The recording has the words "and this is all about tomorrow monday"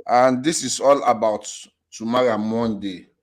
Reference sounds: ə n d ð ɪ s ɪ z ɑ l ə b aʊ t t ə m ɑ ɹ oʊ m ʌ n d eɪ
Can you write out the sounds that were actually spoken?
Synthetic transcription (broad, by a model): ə n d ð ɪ s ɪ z ɑ l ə b aʊ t t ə m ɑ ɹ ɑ m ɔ n d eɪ